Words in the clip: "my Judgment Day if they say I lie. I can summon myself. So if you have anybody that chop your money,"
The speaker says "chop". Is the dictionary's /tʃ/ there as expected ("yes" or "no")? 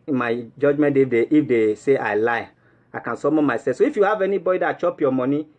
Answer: yes